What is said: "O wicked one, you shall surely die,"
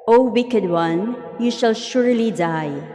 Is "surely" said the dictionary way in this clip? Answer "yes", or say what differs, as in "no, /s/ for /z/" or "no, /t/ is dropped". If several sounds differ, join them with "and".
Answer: yes